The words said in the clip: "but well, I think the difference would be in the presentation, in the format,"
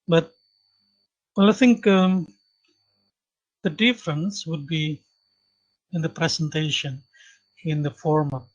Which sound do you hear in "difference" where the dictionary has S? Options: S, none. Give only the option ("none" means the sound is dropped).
S